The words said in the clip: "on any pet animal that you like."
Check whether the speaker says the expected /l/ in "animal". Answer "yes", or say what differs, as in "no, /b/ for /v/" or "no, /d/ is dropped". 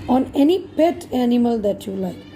yes